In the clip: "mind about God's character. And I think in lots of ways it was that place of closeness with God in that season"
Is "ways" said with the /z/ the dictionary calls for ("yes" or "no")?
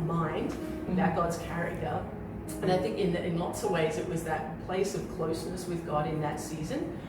yes